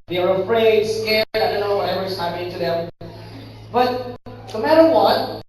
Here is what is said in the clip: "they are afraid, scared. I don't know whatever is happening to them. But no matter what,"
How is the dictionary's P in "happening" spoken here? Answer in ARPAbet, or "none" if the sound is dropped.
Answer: none